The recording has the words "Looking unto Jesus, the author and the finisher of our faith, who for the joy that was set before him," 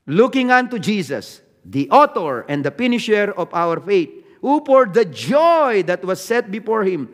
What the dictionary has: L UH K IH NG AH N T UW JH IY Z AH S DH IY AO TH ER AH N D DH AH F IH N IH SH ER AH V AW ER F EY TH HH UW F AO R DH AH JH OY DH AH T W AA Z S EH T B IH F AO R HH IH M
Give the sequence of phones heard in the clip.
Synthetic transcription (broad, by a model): L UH K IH NG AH N T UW JH IY S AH S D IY AO T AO AH N D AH P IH N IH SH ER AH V AW ER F EY T HH UW P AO R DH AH JH OY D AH T W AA S EH T B IH F AO R HH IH M